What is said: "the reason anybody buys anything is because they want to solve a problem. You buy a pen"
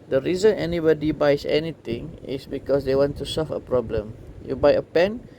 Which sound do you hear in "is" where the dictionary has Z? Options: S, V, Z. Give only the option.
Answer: S